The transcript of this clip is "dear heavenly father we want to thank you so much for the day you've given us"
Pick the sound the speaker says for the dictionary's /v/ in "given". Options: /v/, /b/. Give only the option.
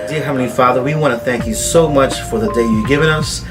/v/